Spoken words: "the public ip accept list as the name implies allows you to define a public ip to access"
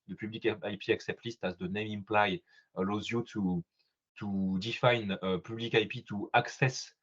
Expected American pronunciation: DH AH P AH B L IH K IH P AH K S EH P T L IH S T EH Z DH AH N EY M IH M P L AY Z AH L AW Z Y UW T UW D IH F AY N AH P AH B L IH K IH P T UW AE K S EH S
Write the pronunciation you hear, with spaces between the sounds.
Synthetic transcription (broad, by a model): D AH P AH B L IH K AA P AH K S EH P T L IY S T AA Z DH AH N EY M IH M P L AY AH L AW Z Y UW T UW D IH F AY N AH P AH B L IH K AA P T UW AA K S EH S